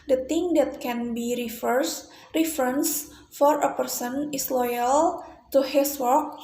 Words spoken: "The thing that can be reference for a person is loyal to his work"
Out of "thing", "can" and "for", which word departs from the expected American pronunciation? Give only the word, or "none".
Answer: thing